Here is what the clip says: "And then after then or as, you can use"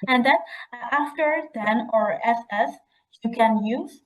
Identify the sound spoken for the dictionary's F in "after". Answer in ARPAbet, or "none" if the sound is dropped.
F